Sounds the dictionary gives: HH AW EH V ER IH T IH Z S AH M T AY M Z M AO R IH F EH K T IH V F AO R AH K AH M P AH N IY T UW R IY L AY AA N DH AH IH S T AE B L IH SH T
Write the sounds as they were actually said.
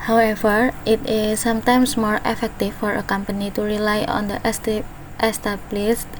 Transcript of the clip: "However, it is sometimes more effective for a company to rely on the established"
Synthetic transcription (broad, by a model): HH AW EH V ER IH T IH S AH M T AY M S M AO R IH F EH K T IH F AO R AH K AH M P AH N IY T UW R IY L AY AA N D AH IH S T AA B L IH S